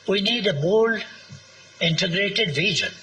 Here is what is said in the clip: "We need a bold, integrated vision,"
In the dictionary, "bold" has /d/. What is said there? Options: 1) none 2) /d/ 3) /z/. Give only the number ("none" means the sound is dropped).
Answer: 1